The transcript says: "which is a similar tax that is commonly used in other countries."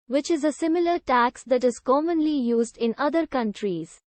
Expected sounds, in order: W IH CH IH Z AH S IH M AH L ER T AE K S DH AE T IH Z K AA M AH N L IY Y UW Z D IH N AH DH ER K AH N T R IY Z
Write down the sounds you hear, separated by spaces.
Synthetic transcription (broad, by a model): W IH CH IH Z AH S IH M AH L ER T AE K S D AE T IH Z K AA M AH N L IY Y UW Z D IH N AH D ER K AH N T R IY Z